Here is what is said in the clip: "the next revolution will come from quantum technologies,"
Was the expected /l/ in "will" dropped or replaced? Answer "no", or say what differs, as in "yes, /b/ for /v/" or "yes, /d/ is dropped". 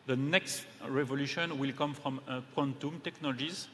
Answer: no